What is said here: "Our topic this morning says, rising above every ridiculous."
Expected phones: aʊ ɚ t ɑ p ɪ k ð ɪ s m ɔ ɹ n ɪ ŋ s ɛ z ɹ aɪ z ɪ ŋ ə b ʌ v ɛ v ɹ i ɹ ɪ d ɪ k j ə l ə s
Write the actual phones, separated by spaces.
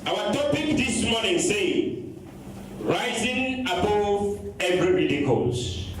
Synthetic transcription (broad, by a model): aʊ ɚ t ɑ p ɪ k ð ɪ s m ɔ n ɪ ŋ s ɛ ɹ aɪ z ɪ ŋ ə b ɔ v ɛ v ɹ i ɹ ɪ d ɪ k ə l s